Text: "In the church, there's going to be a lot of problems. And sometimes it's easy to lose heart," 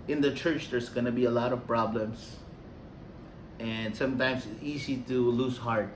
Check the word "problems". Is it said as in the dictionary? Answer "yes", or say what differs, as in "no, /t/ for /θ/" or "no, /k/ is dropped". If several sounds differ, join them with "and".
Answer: no, /s/ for /z/